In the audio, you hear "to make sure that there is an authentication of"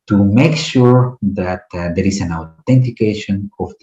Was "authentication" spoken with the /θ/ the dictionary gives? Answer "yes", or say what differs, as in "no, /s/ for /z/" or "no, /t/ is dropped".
no, /t/ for /θ/